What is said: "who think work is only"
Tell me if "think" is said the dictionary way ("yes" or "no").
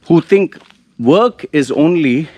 no